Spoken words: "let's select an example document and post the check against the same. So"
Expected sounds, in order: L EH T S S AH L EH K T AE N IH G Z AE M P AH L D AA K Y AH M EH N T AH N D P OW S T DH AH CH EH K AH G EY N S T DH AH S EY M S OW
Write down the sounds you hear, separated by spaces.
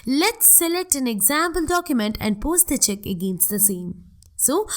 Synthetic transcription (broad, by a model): L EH T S S AH L EH K T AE N IH G Z AE M P AH L D AA K Y AH M EH N T AH N D P OW S T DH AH CH EH K AH G EY N S T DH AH S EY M S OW